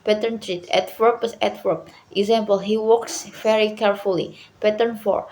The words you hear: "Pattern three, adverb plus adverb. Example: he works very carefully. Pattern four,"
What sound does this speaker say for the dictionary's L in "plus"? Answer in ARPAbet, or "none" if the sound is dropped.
none